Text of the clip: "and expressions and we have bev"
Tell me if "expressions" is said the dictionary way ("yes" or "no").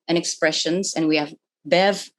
yes